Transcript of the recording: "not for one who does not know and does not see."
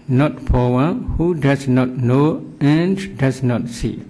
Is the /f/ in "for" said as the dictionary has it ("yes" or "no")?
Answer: no